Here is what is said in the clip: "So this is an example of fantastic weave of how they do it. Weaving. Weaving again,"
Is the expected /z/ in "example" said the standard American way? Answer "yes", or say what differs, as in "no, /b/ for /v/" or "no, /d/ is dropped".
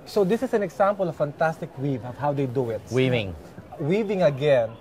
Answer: no, /s/ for /z/